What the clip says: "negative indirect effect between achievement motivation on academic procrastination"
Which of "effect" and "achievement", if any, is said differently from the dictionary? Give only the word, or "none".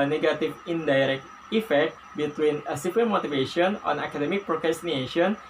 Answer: achievement